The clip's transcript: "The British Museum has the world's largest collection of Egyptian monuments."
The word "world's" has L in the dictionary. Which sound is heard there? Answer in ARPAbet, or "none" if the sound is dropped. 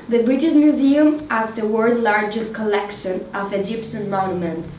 none